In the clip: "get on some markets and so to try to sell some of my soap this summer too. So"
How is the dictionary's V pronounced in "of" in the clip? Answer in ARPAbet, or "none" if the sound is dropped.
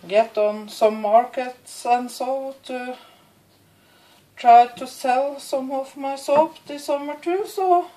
F